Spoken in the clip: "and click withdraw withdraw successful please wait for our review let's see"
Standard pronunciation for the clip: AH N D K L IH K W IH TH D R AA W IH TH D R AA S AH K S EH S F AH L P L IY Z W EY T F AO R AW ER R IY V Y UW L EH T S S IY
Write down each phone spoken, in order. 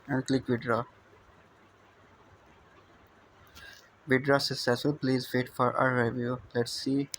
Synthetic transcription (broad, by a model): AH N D K L IH K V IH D R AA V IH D R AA S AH S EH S AH P L IY Z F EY T F AO R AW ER R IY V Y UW L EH T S S IY